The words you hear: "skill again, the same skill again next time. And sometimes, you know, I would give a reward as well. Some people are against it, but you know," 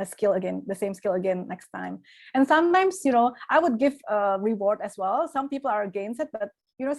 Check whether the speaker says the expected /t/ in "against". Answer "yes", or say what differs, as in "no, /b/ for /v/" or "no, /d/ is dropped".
no, /t/ is dropped